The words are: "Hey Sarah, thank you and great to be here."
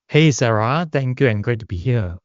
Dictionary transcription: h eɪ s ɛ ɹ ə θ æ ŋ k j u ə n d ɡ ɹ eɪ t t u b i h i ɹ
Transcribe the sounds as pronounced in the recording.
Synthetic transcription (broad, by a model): h eɪ s ɛ ɹ ə t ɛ ŋ k j u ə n ɡ ɹ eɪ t t u b i h i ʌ